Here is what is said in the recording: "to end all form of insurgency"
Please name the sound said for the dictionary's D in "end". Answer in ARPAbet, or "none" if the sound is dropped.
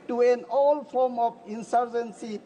none